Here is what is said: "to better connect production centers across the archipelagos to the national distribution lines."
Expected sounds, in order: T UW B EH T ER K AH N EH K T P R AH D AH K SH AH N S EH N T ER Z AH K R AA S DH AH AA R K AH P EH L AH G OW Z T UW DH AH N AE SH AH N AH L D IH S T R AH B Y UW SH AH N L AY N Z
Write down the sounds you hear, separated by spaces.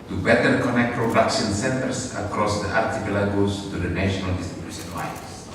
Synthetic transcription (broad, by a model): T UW B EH T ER K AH N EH K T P R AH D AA K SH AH N S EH N T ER S AH K R AA S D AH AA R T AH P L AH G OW S T UW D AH N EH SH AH N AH L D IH S T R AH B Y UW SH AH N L AY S